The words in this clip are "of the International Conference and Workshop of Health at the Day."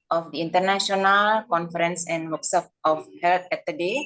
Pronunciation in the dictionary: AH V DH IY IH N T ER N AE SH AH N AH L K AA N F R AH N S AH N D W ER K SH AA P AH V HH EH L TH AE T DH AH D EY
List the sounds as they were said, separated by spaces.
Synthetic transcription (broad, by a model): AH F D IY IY N T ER N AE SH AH N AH L K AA N F R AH N S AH N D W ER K S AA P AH F HH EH L T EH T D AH D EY